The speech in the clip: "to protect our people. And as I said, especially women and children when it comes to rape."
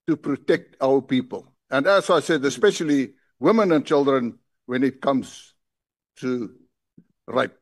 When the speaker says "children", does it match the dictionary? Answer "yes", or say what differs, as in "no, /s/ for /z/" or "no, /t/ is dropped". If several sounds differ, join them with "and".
yes